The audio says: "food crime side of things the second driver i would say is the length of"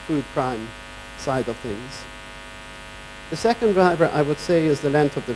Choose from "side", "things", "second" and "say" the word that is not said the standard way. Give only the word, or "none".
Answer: none